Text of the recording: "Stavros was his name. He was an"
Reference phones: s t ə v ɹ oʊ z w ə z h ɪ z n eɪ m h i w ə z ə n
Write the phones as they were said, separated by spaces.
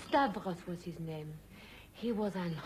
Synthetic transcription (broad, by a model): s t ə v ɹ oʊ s w ə z h ɪ z n eɪ m h i w ə z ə n